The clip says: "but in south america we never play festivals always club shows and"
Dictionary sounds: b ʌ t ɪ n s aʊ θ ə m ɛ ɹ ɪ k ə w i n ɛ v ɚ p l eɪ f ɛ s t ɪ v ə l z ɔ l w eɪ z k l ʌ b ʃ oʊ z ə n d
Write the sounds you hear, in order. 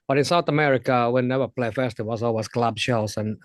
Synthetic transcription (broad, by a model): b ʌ t ɪ n s aʊ θ ə m ɛ ɹ ɪ k ə w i n ɛ v ɚ p l eɪ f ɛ s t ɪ w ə z ɔ l w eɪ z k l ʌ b ʃ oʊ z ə n